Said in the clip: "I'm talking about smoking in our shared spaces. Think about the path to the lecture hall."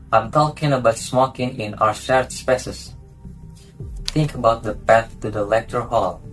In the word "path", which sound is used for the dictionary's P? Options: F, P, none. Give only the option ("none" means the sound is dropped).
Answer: P